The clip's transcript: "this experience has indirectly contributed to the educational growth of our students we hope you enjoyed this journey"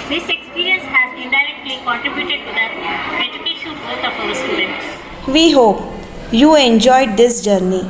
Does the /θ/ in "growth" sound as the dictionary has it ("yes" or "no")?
no